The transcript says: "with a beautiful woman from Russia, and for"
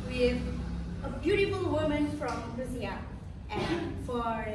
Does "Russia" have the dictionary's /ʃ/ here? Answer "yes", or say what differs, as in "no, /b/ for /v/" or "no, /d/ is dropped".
no, /s/ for /ʃ/